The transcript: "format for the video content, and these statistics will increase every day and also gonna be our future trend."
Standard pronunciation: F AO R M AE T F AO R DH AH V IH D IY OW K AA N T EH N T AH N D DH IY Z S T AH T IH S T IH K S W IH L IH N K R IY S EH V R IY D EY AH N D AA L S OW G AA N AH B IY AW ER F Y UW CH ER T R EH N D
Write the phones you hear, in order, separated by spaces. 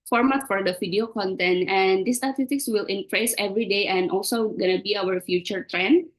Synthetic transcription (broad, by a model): F AO R M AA T F AO R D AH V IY D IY OW K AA N T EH N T AH N D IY S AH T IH T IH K S W IH L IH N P R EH S EH V R IY D EY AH N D AA L S OW G AA N AH B IY AW ER F Y UW CH ER T R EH N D